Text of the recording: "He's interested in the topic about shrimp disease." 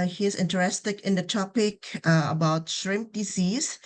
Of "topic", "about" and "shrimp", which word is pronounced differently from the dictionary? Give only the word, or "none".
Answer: none